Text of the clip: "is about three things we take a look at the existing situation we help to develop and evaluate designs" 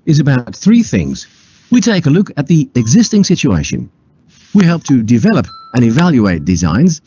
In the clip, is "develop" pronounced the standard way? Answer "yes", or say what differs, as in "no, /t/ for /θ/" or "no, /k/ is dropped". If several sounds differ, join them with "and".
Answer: yes